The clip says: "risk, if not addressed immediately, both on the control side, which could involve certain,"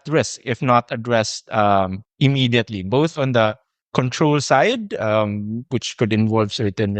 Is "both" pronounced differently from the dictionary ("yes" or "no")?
no